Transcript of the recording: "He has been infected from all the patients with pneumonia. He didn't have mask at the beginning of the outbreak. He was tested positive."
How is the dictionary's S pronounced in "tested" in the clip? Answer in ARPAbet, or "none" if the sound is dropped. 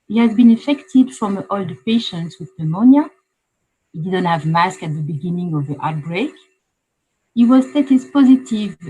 none